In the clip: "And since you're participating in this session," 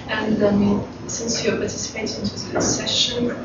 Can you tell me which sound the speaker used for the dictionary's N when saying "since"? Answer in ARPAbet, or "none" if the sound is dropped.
N